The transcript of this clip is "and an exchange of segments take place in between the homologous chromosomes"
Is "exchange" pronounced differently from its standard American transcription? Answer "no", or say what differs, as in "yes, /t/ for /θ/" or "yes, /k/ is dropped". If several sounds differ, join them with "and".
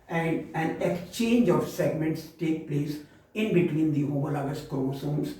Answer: no